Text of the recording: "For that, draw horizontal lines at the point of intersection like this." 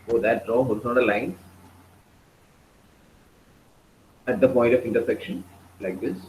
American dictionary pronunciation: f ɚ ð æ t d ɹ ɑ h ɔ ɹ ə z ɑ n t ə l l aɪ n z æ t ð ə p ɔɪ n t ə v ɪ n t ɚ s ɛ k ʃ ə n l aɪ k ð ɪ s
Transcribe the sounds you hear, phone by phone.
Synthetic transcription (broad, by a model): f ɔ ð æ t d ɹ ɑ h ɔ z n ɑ t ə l l aɪ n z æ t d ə p ɔɪ n t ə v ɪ n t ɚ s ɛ k ʃ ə n l aɪ k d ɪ s